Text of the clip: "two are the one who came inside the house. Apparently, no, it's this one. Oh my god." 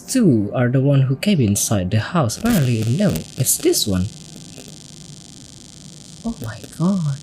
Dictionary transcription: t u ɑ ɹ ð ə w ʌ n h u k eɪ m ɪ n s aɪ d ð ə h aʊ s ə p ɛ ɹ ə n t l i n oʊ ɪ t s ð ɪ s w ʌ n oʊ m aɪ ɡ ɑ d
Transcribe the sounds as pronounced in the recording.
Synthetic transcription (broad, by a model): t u ɑ ɹ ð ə w ʌ n h u k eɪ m ɪ n s aɪ d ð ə h aʊ s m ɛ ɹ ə l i n oʊ ɪ t s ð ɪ s w ʌ n oʊ m aɪ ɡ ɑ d